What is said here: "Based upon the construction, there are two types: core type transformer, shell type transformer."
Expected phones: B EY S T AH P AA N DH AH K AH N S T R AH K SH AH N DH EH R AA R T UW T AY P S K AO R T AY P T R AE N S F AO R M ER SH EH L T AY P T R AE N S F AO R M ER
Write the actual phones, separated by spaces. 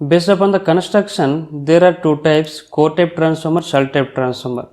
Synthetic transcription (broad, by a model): B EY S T AH P AA N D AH K AH N S T R AH K SH AH N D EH R AA R T UW T AY P S K AO R T AY P T R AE N S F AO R M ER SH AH L T AY P T R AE N S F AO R M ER